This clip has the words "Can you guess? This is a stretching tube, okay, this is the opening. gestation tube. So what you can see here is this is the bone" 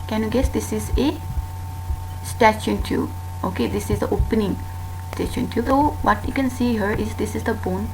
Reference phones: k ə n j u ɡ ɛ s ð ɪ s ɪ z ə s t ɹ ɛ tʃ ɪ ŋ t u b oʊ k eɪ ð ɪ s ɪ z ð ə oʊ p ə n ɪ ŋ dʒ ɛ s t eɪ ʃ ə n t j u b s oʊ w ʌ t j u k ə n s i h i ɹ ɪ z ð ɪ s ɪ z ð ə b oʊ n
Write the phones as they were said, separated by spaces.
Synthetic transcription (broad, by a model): k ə n j u ɡ ɛ s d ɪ s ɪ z ə s t ɛ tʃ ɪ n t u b oʊ k eɪ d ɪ s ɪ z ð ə oʊ p ə n ɪ ŋ s t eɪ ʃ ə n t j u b s oʊ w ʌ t j u k ə n s i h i ɹ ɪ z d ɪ s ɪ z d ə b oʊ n